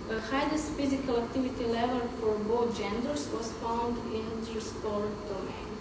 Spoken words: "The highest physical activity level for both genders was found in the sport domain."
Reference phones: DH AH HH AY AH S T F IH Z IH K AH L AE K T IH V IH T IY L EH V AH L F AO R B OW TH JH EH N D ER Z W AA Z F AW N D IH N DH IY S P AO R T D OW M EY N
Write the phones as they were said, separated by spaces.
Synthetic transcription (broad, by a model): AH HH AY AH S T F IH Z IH K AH L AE K T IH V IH T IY L EH V AH L F AO R B OW T JH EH N D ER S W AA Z F AW N D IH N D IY S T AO R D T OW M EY